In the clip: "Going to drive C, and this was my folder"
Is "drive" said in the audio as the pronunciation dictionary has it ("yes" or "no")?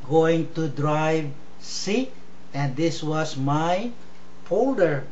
yes